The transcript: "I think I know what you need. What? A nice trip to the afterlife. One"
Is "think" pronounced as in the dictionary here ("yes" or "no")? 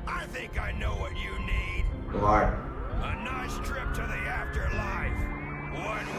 yes